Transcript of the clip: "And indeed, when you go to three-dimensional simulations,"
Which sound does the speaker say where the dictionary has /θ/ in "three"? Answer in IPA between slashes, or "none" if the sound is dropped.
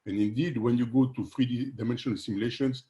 /f/